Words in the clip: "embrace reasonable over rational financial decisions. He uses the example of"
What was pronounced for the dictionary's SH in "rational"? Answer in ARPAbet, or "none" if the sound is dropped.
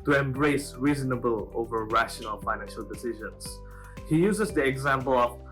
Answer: SH